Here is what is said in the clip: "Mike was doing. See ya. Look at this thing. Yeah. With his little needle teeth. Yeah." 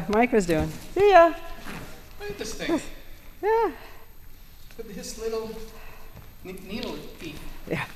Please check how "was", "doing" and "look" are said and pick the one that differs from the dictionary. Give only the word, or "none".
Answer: look